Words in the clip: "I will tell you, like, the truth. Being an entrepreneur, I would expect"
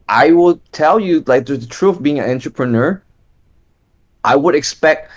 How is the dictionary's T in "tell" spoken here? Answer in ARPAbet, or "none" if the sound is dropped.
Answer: T